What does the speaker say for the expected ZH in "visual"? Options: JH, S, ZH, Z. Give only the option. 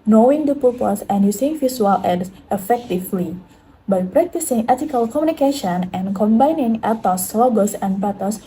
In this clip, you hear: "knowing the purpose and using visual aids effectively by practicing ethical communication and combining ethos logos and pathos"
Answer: S